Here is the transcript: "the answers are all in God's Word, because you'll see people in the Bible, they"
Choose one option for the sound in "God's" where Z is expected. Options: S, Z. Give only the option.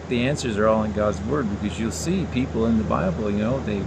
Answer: Z